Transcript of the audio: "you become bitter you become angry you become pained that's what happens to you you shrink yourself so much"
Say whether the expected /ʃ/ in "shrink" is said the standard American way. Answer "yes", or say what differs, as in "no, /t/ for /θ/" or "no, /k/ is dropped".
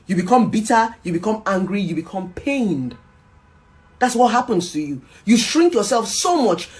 yes